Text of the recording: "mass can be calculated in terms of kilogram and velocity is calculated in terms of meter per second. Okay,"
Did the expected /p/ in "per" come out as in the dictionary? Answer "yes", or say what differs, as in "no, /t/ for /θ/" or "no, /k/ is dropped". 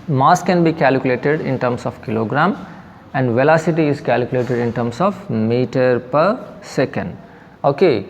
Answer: yes